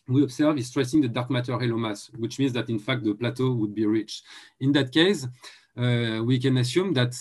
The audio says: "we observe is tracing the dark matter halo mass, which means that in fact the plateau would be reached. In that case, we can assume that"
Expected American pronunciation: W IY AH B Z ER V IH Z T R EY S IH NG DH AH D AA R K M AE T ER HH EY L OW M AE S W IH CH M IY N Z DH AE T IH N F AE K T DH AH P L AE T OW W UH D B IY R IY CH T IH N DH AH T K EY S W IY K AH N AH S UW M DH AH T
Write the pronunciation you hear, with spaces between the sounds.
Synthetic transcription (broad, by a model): W IY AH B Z ER V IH S T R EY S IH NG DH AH D AA R K M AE T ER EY L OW M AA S W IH CH M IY N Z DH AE T IH N F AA K T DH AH P L AE T OW W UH D B IY R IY CH IH N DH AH T K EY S W IY K AH N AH S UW M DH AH T